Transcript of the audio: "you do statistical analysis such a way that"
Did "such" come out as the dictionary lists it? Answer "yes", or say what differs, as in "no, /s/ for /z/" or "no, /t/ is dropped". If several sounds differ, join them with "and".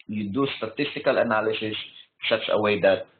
no, /s/ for /tʃ/